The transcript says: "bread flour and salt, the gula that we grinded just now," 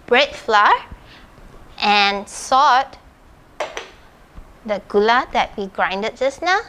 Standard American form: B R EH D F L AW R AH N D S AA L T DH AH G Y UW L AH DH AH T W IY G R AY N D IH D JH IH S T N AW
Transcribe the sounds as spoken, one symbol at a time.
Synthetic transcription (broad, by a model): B R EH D F L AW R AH N S AA T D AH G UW L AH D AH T W IY G R AY N D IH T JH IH S N AW